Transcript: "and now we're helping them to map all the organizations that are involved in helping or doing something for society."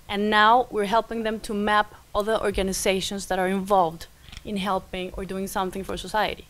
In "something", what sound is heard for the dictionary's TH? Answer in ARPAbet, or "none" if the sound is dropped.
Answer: TH